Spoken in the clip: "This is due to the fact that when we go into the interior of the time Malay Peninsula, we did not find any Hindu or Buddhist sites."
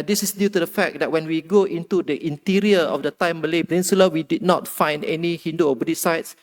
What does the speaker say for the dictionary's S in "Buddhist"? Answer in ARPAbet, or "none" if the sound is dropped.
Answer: none